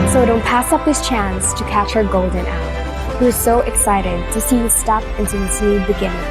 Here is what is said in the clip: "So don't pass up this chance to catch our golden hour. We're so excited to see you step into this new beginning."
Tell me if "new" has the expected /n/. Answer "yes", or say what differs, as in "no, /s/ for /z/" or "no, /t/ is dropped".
no, /l/ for /n/